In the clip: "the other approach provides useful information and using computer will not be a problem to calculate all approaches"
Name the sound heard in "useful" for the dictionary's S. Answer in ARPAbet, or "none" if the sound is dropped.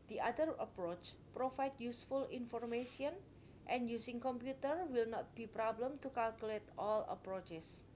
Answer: S